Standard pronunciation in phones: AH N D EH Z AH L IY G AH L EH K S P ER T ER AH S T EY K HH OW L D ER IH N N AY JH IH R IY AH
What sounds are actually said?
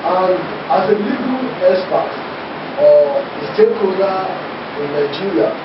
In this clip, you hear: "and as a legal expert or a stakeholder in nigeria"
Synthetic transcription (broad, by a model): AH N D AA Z AH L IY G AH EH S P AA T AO AH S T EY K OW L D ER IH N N AY JH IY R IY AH